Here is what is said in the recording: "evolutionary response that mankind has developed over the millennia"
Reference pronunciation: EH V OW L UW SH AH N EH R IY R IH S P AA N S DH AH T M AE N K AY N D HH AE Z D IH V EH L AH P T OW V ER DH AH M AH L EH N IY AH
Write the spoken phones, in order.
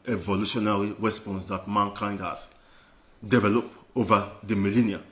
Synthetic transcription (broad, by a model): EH V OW L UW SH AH N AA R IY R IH S P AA N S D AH T M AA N K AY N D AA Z D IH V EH L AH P OW V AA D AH M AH L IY N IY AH